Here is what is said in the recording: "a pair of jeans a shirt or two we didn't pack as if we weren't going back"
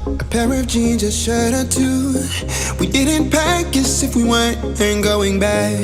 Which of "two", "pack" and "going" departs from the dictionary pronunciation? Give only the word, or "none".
none